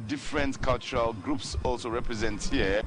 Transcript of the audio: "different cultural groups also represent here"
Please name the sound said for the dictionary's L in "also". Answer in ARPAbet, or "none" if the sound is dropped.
L